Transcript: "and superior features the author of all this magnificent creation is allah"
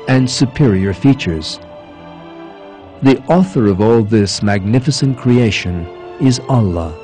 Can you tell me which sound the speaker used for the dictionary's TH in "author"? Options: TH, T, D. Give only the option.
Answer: TH